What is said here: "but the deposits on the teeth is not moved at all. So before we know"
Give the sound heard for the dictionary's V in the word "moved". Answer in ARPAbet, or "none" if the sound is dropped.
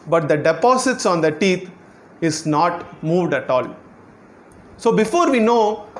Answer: V